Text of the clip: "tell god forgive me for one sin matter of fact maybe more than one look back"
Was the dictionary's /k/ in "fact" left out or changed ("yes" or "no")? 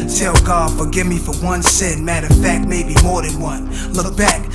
yes